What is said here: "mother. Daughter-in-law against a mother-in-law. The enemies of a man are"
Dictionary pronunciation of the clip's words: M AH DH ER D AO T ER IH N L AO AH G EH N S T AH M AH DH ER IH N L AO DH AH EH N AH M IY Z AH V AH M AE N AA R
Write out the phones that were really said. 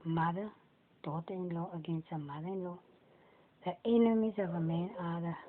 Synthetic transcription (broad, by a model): M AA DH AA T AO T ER IH N L AO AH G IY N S AH M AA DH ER IH N L AO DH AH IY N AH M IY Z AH B AH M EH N AA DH